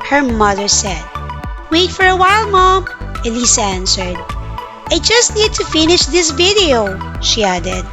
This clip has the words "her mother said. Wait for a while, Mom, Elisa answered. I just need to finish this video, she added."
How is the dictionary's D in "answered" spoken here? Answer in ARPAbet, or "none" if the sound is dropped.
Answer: D